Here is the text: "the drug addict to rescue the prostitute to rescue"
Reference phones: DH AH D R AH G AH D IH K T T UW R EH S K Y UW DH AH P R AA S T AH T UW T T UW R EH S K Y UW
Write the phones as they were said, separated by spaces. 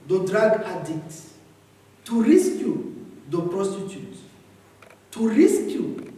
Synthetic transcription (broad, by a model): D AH D R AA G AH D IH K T T UW R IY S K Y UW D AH P R AA S T AH T UW T T UW R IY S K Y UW